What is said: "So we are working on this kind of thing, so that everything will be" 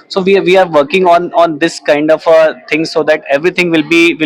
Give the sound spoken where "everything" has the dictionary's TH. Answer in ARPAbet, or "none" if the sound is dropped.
T